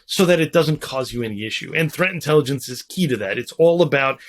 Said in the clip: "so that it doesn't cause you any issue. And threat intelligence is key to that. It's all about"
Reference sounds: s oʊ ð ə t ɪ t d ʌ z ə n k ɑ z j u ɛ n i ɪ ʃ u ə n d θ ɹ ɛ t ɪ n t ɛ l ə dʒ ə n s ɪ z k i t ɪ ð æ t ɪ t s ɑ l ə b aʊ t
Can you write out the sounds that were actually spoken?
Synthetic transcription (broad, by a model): s oʊ ð ə t ɪ t d ʌ z ə n k ɑ z j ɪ ɛ n i ɪ ʃ u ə n θ ɹ ɛ t ɪ n t ɛ l ə dʒ ə n s ɪ z k i t ɪ ð æ t ɪ t s ɑ l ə b aʊ t